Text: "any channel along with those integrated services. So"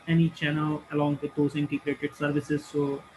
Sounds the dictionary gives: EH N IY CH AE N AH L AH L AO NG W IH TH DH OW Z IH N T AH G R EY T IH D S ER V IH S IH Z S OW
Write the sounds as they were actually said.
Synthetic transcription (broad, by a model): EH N IY CH AE N AH L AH L AO NG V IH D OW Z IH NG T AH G R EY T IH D S ER V IH S IH Z S OW